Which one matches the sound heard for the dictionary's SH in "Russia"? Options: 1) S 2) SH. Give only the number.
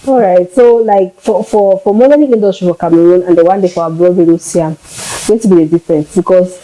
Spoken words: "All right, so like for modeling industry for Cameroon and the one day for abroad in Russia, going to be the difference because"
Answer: 1